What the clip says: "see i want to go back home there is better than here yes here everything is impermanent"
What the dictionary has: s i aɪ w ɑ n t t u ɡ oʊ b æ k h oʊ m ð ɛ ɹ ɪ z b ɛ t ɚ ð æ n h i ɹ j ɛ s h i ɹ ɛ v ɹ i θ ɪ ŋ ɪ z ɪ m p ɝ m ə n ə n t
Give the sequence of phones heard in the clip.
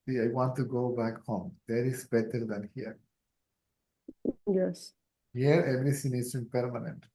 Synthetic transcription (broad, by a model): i aɪ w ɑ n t t u ɡ oʊ b æ k h oʊ m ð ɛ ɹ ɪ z b ɛ t ɚ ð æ n h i ɹ j ɛ s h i ɹ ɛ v ɹ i s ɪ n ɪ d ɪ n p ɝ m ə n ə n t